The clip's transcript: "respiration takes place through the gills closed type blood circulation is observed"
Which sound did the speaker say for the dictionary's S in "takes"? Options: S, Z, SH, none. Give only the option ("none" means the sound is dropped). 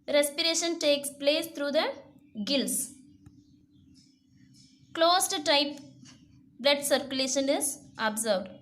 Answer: S